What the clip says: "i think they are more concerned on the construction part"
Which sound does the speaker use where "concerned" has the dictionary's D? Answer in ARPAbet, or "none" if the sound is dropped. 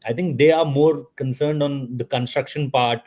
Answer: D